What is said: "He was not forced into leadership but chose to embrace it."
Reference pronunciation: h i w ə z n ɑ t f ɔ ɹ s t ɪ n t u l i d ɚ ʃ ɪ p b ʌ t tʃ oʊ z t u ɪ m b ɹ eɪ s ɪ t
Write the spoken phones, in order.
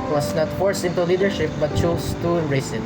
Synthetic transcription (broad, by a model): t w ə s n ɑ t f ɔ ɹ s ɪ n t u l i d ɚ ʃ ɪ p b ʌ t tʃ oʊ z t u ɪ ɹ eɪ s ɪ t